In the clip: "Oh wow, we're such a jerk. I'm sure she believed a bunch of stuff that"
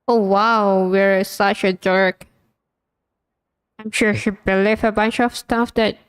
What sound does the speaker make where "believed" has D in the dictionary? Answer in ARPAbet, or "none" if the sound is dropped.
none